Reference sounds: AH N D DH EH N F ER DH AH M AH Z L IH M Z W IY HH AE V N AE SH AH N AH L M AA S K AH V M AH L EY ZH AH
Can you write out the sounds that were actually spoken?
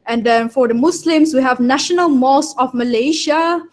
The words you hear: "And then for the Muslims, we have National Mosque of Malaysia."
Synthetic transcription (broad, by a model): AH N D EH N F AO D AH M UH S L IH M S W IY HH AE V N AE SH AH N AH L M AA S AH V M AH L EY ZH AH